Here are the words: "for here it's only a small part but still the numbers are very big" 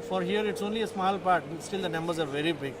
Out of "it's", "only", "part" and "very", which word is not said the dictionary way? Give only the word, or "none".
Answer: none